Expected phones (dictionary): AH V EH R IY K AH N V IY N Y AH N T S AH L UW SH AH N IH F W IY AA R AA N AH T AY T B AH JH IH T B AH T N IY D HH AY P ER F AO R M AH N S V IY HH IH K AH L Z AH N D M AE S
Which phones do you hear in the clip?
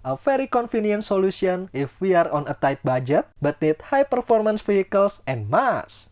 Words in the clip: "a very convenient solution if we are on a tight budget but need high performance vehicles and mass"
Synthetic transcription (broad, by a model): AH F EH R IY K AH N F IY N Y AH N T S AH L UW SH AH N IH F W IY AA R AA N AH T AY T B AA JH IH T B AH T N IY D HH AY P ER F AO R M AH N S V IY HH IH K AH L S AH N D M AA S